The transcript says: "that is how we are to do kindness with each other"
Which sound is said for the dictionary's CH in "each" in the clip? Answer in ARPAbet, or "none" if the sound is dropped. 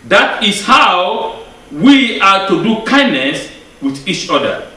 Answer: CH